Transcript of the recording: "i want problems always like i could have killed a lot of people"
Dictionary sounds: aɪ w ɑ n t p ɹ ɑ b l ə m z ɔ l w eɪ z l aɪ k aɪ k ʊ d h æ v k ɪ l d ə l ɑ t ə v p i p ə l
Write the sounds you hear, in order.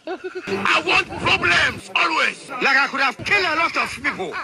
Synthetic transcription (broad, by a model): aɪ w ɑ n t p ɹ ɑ b l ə m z ɔ l w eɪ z l aɪ k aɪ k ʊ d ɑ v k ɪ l ə l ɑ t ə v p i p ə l